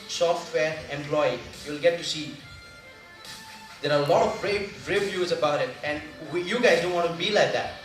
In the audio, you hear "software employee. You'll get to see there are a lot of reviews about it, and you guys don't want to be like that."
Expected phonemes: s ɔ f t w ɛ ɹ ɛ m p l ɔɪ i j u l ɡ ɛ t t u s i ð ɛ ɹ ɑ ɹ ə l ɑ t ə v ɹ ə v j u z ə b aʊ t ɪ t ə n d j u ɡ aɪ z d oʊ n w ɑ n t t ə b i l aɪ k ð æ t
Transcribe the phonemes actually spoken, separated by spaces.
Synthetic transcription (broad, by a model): s ɔ f t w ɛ ɹ ɛ m p l ɔɪ i j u l ɡ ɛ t t u s i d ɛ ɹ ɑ l ə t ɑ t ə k ɹ ə v j u z ə b aʊ t ɪ t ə n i j u ɡ aɪ z d oʊ n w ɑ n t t b i l aɪ k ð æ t